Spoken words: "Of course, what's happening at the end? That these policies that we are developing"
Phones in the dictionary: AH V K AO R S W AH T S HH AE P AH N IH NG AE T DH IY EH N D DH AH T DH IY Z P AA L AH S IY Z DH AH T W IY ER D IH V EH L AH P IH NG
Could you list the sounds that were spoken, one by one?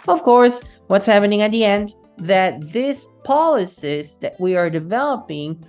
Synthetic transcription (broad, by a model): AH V K AO R S W AH T S HH AE P AH N IH NG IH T DH IY EH N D DH AH T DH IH S P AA L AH S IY S DH AH T W IY ER D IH V EH L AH P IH NG